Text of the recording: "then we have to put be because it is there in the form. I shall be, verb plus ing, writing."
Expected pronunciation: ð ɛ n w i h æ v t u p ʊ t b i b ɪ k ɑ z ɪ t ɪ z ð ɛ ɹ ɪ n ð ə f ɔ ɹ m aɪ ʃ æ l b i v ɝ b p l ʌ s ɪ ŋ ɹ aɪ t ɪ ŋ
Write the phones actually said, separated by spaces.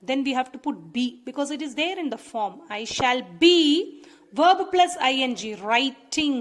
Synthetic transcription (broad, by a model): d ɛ n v i h æ v t u p ʊ t b i b ɪ k ɑ z ɪ t ɪ z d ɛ ɹ ɪ n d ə f ɔ ɹ m aɪ ʃ æ l b i v ɝ b p l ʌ s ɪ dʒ ɹ aɪ t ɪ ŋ